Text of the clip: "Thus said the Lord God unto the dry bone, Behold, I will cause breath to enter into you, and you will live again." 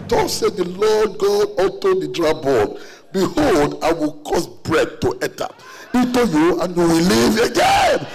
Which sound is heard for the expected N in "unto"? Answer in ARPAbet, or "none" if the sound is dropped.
none